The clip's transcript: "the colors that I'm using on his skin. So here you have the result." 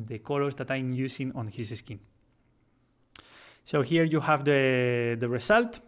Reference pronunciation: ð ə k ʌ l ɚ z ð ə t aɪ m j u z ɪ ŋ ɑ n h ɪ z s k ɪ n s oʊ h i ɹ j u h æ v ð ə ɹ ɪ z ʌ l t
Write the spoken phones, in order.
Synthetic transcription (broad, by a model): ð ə k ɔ l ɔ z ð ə t aɪ m j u s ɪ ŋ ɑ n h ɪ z s k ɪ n s oʊ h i ɹ j u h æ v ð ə ɹ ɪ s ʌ l t